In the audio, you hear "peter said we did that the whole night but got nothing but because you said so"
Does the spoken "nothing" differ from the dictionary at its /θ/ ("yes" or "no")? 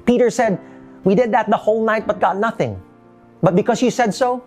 no